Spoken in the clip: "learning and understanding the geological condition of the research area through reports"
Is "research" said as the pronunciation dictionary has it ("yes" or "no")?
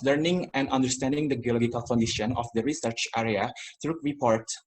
yes